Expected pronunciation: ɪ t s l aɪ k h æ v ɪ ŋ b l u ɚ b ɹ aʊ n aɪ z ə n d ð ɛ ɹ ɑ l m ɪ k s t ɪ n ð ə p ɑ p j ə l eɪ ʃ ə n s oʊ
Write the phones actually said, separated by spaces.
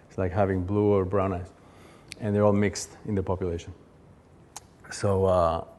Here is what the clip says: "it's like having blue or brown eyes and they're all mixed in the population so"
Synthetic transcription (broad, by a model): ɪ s l aɪ k h æ v ɪ ŋ b l u ɚ b ɹ aʊ n aɪ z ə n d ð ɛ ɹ ɑ l m ɪ k s t ɪ n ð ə p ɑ p j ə l eɪ ʃ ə n s oʊ